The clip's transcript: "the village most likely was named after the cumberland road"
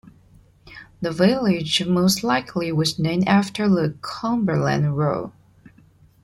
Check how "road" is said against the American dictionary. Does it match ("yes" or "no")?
no